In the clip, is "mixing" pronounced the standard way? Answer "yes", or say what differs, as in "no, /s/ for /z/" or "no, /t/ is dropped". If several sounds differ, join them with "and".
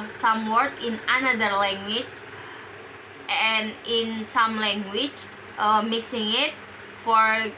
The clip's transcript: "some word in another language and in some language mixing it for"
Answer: yes